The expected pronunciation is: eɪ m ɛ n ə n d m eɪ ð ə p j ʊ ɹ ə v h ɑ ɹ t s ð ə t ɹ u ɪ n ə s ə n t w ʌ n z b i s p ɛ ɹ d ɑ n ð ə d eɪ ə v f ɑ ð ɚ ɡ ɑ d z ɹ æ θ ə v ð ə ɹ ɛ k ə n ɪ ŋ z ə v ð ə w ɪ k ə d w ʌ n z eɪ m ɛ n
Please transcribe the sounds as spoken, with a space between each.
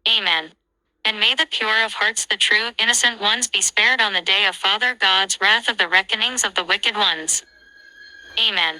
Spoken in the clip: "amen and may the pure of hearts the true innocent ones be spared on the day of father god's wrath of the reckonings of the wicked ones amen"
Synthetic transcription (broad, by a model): eɪ m ɛ n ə n m eɪ ð ə p j ʊ ɹ ə v h ɑ ɹ t s ð ə t ɹ u ɪ n ə s ə n t w ʌ n z b i s p ɛ ɹ d n ð ə d eɪ ə v f ɑ ð ɚ ɡ ɑ d z ɹ æ θ ə v ð ə ɹ ɛ k ə n ɪ ŋ z ə v ð ə w ɪ k ə d w ʌ n z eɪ m ɛ n